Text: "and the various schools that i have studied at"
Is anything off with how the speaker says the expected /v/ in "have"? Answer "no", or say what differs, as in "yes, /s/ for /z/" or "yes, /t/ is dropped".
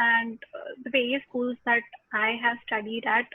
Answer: no